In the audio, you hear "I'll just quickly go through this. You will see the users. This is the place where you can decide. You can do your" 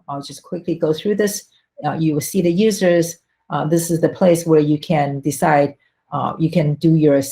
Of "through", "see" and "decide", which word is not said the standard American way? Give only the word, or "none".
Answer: none